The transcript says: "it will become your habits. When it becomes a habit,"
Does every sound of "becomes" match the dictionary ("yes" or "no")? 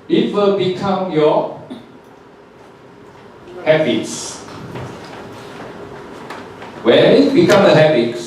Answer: no